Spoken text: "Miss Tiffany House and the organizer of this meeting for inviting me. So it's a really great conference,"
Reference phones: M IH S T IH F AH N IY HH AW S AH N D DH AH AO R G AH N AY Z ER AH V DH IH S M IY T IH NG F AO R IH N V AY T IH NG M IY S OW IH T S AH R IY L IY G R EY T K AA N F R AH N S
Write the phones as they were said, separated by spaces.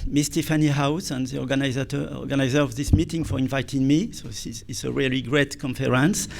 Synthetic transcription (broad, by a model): M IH S T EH F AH N IY HH AW S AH N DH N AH AO R G AH N AY Z ER AH V DH IH S M IY T IH NG F AO R IH N V AY T IH NG M IY S OW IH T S AH R IY L IY G R EY T K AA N F R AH N S